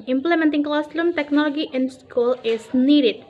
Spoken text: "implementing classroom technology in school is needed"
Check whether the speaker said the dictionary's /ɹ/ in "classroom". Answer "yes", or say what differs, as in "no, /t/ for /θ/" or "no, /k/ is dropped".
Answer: no, /l/ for /ɹ/